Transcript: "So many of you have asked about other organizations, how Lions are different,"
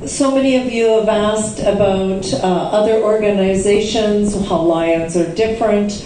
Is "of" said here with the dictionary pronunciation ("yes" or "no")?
yes